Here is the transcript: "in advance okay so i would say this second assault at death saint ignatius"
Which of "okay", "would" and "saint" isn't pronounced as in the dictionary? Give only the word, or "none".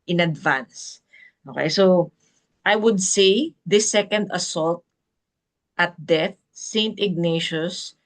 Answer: none